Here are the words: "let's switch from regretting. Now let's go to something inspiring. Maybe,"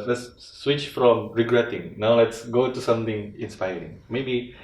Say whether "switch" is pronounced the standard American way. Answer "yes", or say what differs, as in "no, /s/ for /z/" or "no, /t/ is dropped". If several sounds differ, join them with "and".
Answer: yes